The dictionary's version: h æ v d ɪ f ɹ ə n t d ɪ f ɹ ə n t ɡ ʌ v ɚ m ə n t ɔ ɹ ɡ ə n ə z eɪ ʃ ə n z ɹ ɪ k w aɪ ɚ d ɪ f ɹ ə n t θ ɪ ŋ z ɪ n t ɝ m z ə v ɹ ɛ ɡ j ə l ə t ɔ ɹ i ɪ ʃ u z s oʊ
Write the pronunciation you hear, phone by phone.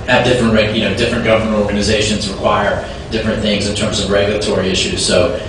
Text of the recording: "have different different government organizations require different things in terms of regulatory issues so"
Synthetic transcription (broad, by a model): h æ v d ɪ f ɹ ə n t d ɪ f ɹ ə n ɡ ʌ v ɚ m ə n t ɔ ɹ ɡ ə n ə z eɪ ʃ ə n z ɹ ɪ k w aɪ ɚ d ɪ f ɹ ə n θ ɪ ŋ z ɪ n t ɝ m z ə v ɹ ɛ ɡ j l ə t ɔ ɹ i ɪ ʃ u z s oʊ